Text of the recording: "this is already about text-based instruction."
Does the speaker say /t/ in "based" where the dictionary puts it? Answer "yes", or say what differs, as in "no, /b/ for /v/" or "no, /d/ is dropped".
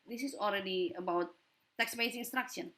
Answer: no, /t/ is dropped